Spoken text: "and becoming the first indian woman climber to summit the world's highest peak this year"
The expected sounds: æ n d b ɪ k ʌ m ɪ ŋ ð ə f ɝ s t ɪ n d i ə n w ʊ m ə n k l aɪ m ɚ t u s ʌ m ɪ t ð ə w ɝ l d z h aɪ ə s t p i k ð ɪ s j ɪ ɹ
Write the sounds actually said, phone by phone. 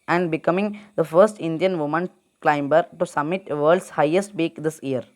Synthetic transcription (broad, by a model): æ n d b ɪ k ʌ m ɪ ŋ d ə f ɝ s t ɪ n d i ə n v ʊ m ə n k l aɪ m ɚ t u s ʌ m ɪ t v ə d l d s h aɪ ə s t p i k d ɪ s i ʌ ɹ